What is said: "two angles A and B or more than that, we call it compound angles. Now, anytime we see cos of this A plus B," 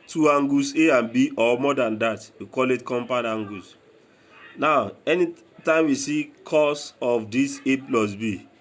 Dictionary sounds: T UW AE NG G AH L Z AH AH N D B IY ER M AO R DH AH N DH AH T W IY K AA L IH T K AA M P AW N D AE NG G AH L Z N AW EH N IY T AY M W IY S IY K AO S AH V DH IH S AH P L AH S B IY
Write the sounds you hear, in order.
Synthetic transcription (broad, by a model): T UW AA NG G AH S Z AH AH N B IY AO M AO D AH N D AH T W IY K AA L IH T K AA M P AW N AA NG G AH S N AW EH N IY T AY M W IY S IY K AO S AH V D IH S AH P L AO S B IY